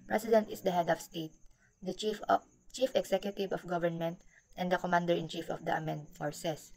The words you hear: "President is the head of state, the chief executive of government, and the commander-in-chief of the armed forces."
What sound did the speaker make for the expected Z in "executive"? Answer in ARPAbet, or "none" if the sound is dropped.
S